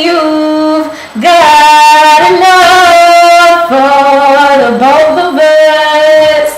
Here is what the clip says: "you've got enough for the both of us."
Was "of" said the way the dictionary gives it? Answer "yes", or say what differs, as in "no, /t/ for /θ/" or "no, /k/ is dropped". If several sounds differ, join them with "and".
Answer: no, /b/ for /v/